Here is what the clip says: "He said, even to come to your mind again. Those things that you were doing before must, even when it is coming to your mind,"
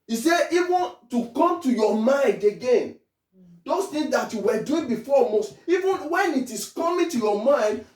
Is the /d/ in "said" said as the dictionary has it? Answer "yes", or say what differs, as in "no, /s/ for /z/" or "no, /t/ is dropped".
no, /d/ is dropped